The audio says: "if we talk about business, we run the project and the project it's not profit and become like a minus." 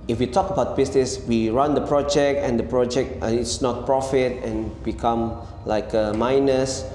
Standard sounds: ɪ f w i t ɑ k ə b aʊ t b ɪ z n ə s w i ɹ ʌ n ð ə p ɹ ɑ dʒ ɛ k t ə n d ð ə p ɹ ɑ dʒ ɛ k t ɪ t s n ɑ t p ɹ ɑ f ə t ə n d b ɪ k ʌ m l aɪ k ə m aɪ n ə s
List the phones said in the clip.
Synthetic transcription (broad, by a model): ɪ f w i t ɑ k ə b aʊ t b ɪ s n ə s w i ɹ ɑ n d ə p ɹ ɑ dʒ ɛ k t ə n d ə p ɹ ɑ dʒ ɛ k t ɪ t s n ɑ t p ɹ ɑ f ə t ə n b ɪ k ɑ m l aɪ k ə m aɪ n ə s